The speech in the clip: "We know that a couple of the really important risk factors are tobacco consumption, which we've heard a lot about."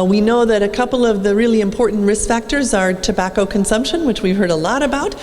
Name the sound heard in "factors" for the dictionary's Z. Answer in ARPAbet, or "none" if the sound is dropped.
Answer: Z